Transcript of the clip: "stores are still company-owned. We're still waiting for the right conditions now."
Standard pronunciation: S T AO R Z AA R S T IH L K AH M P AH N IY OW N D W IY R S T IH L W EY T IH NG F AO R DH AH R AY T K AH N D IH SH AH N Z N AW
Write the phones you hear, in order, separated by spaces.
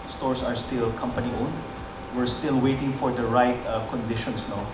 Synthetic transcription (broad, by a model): S T AO R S AA R S T IH L K AH M P AH N IY OW N D W IY R S T IH L W EY T IH NG F AO R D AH R AY T K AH N D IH SH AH N S N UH